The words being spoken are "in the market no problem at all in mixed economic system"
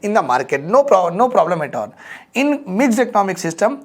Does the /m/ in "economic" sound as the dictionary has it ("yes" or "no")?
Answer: yes